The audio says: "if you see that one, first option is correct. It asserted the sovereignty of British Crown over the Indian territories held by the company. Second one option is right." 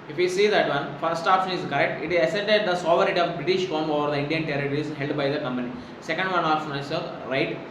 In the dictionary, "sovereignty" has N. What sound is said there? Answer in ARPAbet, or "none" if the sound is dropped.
none